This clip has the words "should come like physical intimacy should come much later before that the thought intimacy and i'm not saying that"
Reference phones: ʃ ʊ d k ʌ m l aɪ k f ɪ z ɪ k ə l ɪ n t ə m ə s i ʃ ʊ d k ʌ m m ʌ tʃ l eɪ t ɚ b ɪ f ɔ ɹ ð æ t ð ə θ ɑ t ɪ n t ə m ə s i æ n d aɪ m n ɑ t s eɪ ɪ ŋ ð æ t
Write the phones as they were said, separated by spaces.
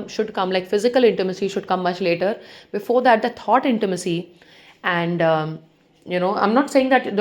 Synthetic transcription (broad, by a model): ʃ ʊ d k ʌ m l aɪ k f ɪ z ɪ k ə l ɪ n t ə m ə s i ʃ ʊ d k ʌ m m ʌ tʃ l eɪ t ɚ b ɪ f ɔ ɹ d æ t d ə t ɑ t ɪ n t ə m ə s i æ n d aɪ m n ɑ t s eɪ ɪ ŋ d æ t